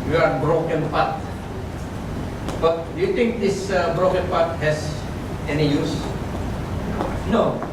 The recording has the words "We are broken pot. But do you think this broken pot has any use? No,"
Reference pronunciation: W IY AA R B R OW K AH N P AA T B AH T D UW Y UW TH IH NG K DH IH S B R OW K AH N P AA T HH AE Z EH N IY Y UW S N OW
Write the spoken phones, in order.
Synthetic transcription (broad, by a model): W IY AA R B R OW K AH N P AA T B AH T D UW Y UW T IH NG K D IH S B R OW K AH N P AA T HH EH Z EH N IY Y UW S N OW